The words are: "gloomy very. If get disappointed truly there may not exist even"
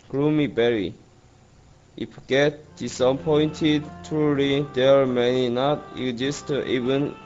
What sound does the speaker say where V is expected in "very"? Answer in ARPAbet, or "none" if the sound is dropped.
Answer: B